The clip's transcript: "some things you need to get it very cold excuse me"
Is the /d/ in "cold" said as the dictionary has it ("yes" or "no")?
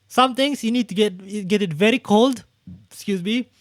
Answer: yes